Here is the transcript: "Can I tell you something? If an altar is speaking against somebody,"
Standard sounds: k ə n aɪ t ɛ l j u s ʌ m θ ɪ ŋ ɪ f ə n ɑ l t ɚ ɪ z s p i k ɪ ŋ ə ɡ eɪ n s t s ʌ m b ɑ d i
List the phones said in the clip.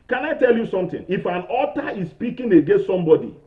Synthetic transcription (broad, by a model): k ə n aɪ t ɛ l j u s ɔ m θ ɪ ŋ ɪ f ə n ɑ t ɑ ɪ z s p i k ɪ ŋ ə ɡ eɪ n s t s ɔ m b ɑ d i